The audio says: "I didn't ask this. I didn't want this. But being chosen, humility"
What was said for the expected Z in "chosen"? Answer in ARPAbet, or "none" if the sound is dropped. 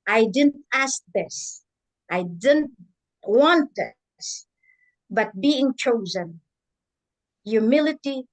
Z